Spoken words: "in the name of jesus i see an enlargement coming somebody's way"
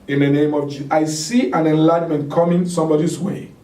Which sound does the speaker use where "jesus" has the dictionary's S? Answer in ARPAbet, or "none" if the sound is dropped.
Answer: none